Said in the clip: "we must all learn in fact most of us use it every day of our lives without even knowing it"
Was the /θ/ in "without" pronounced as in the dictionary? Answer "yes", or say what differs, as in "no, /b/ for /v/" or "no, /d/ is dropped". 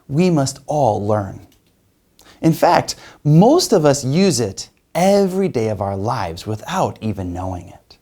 yes